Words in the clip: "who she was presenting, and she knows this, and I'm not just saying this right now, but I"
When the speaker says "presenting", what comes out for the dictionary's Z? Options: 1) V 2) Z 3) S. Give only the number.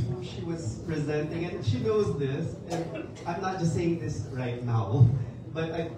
2